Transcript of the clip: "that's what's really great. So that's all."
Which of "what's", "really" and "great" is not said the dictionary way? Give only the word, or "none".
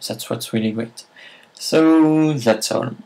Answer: none